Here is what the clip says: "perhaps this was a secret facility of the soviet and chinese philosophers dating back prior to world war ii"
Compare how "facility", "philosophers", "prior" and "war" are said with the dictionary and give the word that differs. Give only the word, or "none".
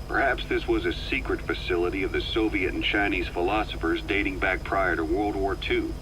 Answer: none